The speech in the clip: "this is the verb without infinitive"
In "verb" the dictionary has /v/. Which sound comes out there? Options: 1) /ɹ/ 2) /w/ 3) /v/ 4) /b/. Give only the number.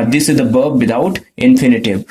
4